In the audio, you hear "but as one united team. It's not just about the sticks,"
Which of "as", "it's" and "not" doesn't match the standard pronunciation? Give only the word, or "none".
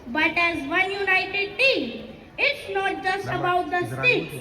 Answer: none